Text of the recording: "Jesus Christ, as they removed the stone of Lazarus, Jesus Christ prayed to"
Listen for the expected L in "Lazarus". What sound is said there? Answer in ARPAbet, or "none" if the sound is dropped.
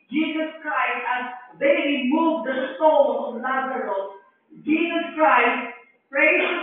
N